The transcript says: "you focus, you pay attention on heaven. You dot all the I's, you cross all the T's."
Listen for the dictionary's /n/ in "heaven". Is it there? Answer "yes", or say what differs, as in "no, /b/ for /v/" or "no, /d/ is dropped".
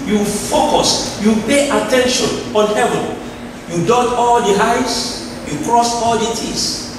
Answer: yes